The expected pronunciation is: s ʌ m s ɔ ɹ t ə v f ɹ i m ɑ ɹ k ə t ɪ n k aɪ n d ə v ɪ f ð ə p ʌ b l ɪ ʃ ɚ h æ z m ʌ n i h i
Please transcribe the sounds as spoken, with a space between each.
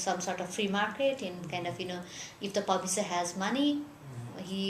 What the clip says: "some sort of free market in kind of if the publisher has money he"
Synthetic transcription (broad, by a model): s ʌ m s ɔ ɹ t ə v f ɹ i m ɑ ɹ k ə t ɪ n k aɪ n d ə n ɪ f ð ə p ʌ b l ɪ s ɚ h æ z m ʌ n i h i